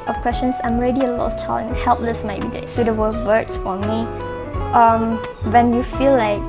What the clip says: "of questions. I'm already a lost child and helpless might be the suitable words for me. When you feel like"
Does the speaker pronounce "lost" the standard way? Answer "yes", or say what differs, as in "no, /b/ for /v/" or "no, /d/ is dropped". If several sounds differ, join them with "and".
no, /s/ is dropped